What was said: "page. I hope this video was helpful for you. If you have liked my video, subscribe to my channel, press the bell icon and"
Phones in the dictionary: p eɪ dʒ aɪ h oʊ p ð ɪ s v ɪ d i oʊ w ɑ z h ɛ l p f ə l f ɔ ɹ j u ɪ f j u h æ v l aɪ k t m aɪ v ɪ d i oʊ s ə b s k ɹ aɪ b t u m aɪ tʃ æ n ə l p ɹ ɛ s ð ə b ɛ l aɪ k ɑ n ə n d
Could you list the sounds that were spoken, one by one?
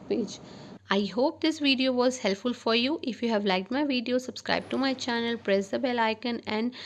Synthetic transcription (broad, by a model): p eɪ dʒ aɪ h oʊ p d ɪ s v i d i oʊ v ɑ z h ɛ l p f ə l f ɔ ɹ j u ɪ f j u h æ v l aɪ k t m aɪ v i d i oʊ s ə b s k ɹ aɪ b t u m aɪ tʃ æ n ə l p ɹ ɛ s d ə b ɛ l aɪ k ɑ n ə n d